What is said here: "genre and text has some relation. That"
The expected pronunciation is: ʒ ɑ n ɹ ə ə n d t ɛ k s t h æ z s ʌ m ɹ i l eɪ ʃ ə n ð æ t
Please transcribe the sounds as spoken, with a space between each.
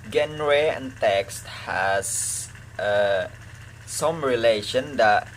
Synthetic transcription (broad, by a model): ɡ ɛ n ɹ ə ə n t ɛ k s t h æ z s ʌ m ɹ i l eɪ ʃ ə n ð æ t